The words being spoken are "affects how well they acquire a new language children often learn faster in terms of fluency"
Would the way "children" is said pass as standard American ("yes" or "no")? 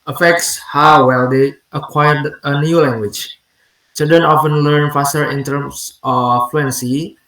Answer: no